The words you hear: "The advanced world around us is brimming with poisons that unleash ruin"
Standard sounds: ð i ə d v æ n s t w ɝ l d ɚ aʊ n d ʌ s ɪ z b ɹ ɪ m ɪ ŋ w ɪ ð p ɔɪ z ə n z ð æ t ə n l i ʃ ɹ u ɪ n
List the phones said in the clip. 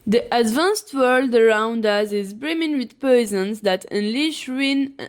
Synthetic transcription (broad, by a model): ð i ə d v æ n s t w ɝ l d ɚ aʊ n d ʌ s ɪ z b ɹ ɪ m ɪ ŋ w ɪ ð p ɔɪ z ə n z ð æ t ə n l i ʃ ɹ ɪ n